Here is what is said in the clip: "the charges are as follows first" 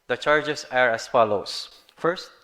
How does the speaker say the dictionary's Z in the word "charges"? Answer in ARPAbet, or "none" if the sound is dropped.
S